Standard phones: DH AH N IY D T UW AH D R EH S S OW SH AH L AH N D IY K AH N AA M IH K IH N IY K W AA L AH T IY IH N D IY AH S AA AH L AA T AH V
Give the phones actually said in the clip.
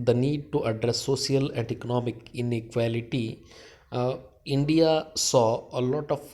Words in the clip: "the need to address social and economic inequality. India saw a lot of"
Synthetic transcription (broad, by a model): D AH N IY D T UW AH D R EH S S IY AH L AH N D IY K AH N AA M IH K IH N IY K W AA L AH T IY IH N D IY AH S AA AH L AA T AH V